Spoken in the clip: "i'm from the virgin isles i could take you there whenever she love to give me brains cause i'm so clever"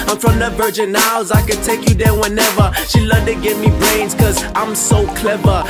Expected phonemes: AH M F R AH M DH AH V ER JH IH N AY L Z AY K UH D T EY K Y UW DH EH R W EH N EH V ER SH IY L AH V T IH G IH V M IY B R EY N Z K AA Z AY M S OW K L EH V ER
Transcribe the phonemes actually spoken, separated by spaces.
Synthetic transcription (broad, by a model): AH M F R AH M DH AH V ER JH IH N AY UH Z AY K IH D T EY K Y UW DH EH W EH N EH V ER SH IY L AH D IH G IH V M IY B R EY N Z K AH Z AY M S OW K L EH V ER